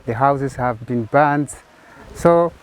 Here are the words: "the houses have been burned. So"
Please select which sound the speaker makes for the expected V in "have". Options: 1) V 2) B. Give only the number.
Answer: 1